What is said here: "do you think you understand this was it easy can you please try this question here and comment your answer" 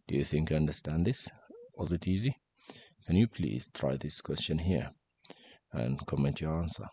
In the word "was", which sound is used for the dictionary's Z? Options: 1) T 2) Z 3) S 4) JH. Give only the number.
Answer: 2